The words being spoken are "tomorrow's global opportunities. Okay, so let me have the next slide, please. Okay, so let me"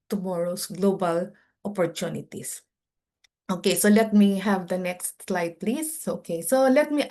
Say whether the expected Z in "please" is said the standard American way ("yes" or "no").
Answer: no